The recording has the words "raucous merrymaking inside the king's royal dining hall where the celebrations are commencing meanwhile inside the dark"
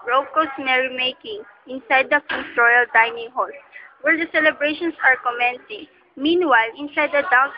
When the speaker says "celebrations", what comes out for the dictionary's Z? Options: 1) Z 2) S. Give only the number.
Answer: 2